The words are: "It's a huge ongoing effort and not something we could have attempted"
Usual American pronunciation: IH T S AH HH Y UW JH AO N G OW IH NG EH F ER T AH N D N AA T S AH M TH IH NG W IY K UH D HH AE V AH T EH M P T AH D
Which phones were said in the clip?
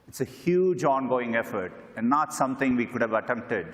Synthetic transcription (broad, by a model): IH T S AH HH Y UW JH AO N G OW IH NG EH F ER T AH N D N AA T S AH M T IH NG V IY K UH D HH AE V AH T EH M P T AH D